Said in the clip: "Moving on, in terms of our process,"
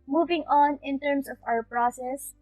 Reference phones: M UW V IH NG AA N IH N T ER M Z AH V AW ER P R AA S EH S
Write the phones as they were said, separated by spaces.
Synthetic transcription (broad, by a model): M UW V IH NG AA N IH N T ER M S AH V AW ER P R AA S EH S